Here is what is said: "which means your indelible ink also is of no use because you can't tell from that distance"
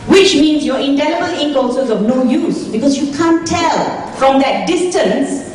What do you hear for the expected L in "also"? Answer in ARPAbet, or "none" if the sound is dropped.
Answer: none